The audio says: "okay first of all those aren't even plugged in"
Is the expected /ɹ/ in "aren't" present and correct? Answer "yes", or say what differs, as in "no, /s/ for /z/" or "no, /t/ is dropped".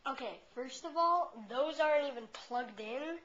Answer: yes